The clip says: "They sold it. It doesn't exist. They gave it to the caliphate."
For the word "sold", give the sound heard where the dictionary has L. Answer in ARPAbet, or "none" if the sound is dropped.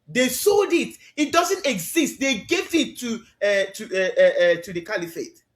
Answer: L